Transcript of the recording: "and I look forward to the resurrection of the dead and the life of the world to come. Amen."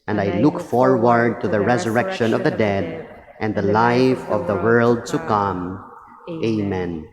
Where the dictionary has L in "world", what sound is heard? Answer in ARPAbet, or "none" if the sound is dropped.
L